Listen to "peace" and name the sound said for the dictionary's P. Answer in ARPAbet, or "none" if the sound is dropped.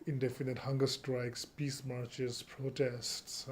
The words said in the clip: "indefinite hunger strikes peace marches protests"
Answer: P